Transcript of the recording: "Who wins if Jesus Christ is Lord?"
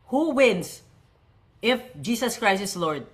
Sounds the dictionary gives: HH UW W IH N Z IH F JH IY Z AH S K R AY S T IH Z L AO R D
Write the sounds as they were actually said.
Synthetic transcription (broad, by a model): HH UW W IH N S IH F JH IY S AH S K R AY S IH S L AO R D